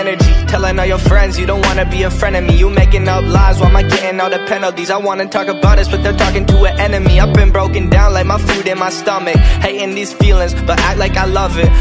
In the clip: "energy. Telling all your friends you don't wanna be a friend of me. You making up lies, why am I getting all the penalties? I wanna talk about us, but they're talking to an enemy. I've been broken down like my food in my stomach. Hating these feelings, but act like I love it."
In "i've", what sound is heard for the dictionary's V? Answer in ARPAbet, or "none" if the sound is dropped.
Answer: P